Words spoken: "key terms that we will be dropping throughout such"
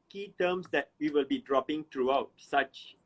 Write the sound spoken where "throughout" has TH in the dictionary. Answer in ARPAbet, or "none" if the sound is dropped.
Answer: T